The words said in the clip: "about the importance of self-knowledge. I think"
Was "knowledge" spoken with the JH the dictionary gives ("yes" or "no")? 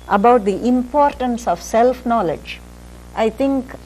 yes